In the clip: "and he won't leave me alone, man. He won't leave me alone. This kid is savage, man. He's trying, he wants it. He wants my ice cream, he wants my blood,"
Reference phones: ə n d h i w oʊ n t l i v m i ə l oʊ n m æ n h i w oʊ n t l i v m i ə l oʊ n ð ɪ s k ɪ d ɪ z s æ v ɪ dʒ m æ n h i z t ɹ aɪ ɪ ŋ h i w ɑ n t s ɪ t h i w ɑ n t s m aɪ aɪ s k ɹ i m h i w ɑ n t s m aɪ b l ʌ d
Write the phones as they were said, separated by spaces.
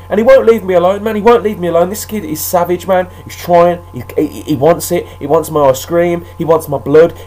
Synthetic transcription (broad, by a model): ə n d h i w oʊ n l i v m i ə l oʊ n m æ n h i w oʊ n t l i v m i ə l oʊ n ð ɪ s k ɪ d ɪ z s æ v ɪ dʒ m æ n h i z t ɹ aɪ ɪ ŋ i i w ɑ n t s ɪ t h i w ɑ n t s m aɪ aɪ s k ɹ i m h i w ɑ n t s m aɪ b l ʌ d